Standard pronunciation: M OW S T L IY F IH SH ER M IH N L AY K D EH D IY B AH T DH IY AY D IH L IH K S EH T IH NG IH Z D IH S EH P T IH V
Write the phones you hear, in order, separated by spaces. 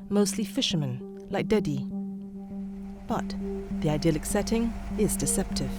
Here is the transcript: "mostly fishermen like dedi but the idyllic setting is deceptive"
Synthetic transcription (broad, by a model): M OW S T L IY F IH SH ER M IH N L AY K D EH D IY B AH T DH IY AY D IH L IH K S EH T IH NG IH Z D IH S EH P T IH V